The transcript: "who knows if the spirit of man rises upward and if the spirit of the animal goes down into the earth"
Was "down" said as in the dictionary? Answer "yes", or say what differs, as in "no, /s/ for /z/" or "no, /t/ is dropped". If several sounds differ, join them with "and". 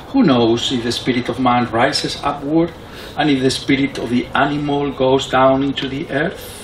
yes